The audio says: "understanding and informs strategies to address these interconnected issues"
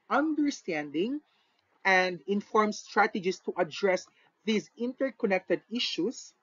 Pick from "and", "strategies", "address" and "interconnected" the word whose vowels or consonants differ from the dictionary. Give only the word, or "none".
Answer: strategies